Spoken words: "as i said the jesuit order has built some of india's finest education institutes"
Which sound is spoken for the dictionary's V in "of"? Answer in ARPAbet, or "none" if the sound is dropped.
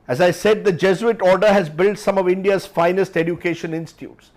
V